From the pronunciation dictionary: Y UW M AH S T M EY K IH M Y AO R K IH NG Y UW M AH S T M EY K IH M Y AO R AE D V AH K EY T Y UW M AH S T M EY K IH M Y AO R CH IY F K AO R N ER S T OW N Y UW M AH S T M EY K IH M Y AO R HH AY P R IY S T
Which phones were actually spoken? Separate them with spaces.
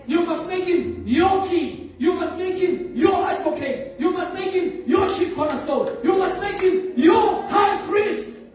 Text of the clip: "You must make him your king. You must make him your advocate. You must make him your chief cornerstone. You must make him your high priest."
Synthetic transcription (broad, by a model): Y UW M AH S T M EY K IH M Y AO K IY Y UW M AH S T M EY K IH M Y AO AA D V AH K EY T Y UW M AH S T M EY K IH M Y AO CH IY P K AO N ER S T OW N Y UW M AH S T M EY K IH M Y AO HH AY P R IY S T